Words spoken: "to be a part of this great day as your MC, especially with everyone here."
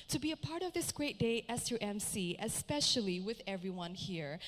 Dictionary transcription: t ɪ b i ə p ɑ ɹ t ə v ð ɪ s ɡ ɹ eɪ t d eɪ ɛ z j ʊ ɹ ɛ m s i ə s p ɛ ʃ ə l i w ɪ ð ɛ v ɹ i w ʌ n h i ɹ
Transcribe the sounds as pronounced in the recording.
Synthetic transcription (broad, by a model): t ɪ b i ə p ɑ ɹ t ə v ð ɪ s ɡ ɹ eɪ t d eɪ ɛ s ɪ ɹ ɛ m s i ə s p ɛ ʃ ə l i w ɪ ð ɛ v ɹ i w ʌ n h i ɹ